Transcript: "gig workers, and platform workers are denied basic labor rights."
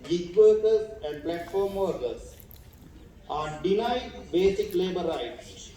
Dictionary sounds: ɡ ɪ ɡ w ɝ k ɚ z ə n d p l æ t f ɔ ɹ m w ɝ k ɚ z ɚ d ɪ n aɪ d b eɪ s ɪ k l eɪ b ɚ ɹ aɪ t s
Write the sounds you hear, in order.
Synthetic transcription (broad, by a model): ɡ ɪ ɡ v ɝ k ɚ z ə n d p l æ t f ɔ ɹ m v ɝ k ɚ s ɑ d ɪ n aɪ d b eɪ s ɪ k l eɪ b ɚ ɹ aɪ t s